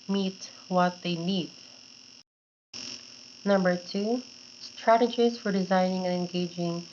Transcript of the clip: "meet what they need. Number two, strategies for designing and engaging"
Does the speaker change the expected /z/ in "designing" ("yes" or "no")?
no